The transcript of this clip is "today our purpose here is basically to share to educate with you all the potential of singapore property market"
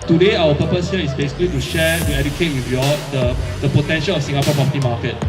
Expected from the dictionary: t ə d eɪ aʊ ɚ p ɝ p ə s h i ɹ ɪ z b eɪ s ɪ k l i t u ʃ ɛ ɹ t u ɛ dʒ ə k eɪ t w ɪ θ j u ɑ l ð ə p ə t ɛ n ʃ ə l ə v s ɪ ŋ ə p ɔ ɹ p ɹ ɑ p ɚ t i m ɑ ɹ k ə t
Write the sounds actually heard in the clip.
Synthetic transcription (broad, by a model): t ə d eɪ aʊ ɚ p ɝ p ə s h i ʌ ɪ s b eɪ s ɪ k l i t u ʃ ɛ t u ɛ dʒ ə k eɪ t w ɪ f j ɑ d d ə p ə t ɛ n ʃ ə l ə f s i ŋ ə p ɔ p ɹ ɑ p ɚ t i m ɑ k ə t